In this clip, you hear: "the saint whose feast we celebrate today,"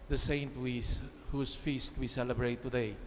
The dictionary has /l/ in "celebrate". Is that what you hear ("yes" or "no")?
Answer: yes